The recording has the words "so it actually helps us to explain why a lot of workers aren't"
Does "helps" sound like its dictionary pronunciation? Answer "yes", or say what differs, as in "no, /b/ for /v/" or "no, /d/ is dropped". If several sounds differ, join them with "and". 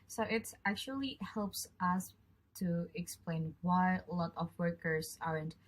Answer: yes